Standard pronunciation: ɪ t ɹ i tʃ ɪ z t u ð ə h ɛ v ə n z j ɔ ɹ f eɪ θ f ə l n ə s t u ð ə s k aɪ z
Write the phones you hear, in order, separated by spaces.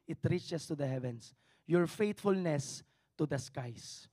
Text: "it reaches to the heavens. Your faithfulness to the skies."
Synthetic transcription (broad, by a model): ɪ t ɹ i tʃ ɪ s t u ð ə h ɛ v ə n s j ɔ ɹ f eɪ t f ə l n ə s t u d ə s k aɪ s